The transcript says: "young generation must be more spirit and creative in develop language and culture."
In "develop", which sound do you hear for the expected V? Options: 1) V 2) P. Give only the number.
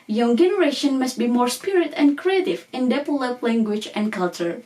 2